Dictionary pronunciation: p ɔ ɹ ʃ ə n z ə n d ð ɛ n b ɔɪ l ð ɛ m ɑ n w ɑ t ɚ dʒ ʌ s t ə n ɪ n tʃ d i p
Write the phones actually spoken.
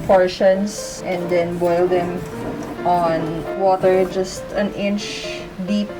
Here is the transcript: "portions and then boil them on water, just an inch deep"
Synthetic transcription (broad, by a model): p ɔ ɹ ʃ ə n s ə n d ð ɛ n b ɔɪ l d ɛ m ɑ n w ɑ t ɚ dʒ ʌ s t ə n ɪ n tʃ d i p